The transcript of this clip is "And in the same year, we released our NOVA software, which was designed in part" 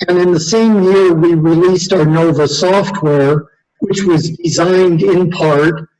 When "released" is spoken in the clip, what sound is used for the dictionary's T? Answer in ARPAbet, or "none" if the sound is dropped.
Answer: T